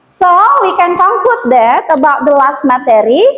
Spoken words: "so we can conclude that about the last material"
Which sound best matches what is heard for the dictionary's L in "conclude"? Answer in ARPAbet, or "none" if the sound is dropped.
none